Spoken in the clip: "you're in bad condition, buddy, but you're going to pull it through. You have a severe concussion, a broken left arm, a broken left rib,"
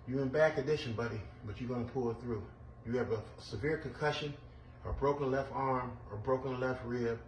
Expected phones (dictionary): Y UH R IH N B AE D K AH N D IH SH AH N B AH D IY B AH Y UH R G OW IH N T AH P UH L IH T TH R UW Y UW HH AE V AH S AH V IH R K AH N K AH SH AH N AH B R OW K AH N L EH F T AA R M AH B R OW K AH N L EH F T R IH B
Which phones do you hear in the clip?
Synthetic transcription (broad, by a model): Y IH IH N B AE K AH D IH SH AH N B AH D IY B AH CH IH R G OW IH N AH P UH L IH T TH R UW Y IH V AH S AH V IH R K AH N K AH SH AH N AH B R OW K AH N L EH F T AA R M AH B R OW K AH N L EH F T R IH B